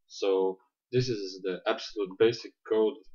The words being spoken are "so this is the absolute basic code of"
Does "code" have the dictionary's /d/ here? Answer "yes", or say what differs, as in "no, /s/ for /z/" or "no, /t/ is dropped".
no, /d/ is dropped